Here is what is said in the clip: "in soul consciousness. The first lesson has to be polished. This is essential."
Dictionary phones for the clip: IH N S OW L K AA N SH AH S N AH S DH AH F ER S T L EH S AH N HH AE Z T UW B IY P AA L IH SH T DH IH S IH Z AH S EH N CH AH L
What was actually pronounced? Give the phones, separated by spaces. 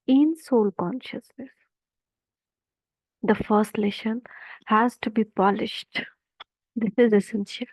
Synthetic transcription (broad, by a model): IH N S OW L K AA N SH AH S N AH S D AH F ER S T L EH SH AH N HH AE Z T UW B IY P AA L IH SH T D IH S IH Z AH S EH N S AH L